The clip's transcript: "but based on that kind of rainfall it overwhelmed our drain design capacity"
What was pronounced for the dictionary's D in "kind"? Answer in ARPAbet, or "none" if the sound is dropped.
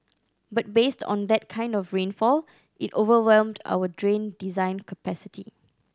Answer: D